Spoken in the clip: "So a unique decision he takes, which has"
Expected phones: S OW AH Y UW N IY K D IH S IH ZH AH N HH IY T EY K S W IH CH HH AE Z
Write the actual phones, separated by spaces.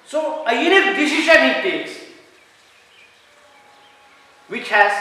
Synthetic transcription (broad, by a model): S OW AH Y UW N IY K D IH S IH SH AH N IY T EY S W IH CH HH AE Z